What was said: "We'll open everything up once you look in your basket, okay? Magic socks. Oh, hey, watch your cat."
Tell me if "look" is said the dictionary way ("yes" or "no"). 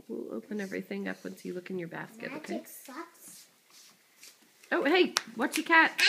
yes